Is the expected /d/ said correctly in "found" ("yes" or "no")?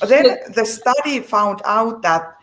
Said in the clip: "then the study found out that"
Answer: yes